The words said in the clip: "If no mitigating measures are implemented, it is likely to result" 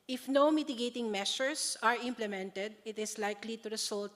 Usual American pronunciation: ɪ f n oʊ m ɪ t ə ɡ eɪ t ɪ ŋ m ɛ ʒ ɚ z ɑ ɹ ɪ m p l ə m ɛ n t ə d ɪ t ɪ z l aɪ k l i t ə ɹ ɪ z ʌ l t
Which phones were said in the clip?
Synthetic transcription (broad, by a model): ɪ f n oʊ m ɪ t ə ɡ eɪ t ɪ ŋ m ɛ ʃ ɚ s ɑ ɹ ɪ m p l ə m ɛ n t ə d ɪ t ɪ s l aɪ k l i t ə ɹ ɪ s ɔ l t